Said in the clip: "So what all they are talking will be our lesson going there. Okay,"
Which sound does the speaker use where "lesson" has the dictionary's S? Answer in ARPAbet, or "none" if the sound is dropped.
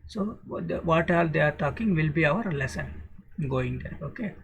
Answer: S